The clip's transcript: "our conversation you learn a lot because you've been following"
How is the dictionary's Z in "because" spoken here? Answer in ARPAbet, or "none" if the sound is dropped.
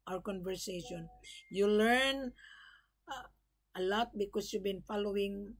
S